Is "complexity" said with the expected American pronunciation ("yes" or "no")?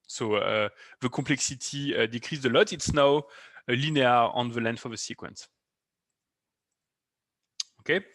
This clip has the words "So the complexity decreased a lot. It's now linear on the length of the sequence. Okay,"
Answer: no